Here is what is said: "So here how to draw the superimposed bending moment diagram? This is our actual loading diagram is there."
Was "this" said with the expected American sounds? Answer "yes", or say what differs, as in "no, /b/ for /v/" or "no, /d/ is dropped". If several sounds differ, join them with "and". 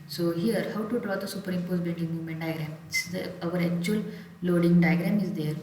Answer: no, /s/ is dropped